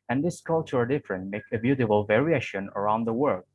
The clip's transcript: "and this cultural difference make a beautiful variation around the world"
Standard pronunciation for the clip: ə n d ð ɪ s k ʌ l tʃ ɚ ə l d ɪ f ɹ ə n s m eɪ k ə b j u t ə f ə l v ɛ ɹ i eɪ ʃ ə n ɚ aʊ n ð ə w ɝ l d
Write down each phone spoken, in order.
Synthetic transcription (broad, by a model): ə n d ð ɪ s k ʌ l tʃ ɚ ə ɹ d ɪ f ɹ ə n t m eɪ k ə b j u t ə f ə l v ɛ ɹ i eɪ ʃ ə n ɚ aʊ n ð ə w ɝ l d